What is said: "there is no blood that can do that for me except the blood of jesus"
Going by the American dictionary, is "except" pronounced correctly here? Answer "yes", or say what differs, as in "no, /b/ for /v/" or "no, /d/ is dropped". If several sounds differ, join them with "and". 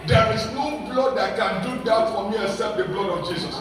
no, /k/ is dropped